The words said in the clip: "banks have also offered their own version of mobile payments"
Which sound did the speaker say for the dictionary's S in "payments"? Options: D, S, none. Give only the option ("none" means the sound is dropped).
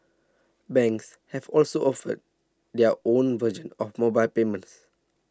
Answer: S